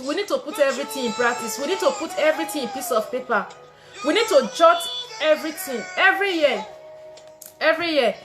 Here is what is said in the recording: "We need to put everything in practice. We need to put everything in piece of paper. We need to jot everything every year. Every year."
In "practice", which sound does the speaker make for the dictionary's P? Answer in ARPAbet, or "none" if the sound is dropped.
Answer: B